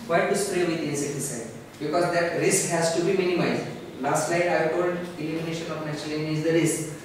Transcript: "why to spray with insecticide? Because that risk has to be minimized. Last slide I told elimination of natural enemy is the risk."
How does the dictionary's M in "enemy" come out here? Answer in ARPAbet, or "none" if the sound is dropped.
none